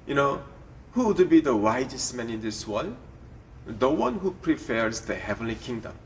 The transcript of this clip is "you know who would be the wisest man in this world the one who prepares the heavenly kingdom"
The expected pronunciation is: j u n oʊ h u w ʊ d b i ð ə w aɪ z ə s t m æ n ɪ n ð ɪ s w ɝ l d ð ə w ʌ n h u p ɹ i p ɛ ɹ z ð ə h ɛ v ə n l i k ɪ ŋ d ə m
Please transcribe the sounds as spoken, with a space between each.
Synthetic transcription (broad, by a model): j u n oʊ h u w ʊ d b i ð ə w aɪ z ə s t m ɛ n ɪ n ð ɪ s w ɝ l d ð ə w ʌ n h u p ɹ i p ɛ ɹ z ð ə h ɛ v ə n l i k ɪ ŋ d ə m